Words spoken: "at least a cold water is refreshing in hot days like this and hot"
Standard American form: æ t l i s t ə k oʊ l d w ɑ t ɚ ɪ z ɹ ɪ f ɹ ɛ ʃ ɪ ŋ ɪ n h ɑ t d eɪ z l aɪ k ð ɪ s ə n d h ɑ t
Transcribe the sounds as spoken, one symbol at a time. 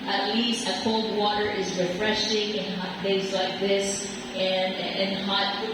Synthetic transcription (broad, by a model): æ t l i s t ə k oʊ l d w ɑ t ɚ ɪ z ɹ ɪ f ɹ ɛ ʃ ɪ ŋ ɪ n h ɑ t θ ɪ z l aɪ k ð ɪ s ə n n h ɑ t